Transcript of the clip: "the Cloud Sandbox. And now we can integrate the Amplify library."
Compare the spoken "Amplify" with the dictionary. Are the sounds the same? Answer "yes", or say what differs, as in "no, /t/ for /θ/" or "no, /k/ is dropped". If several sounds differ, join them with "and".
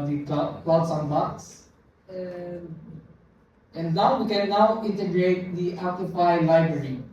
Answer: no, /m/ is dropped